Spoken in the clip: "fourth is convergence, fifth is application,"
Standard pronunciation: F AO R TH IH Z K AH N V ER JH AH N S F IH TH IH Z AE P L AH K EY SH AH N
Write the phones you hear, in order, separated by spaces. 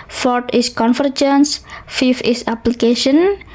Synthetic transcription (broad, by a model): F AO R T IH S K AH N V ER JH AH N S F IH F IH S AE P L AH K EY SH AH N